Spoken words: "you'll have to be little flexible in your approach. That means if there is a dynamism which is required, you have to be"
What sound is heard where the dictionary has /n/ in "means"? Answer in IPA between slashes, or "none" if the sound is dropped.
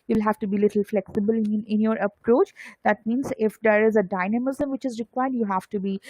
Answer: /n/